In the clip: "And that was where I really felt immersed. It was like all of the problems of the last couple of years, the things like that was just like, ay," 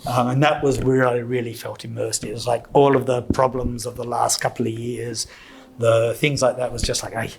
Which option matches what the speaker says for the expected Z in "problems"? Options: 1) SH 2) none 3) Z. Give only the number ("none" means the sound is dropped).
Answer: 3